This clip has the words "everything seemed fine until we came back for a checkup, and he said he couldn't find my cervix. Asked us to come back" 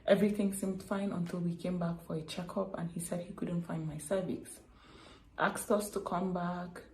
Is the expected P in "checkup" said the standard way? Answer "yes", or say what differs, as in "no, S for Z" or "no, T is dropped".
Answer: yes